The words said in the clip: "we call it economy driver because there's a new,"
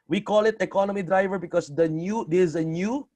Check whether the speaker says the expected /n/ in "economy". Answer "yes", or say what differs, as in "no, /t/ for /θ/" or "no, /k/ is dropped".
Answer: yes